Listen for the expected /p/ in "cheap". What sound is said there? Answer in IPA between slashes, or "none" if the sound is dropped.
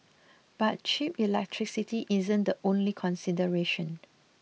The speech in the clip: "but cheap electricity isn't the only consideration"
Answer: /p/